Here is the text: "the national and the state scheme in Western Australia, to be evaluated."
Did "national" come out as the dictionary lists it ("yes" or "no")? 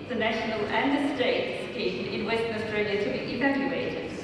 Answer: yes